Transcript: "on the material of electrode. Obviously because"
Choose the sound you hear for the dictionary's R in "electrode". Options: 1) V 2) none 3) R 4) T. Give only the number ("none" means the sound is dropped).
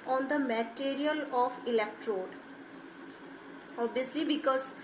3